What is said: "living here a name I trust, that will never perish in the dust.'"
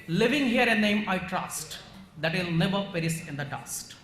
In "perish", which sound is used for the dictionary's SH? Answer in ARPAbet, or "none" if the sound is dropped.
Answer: S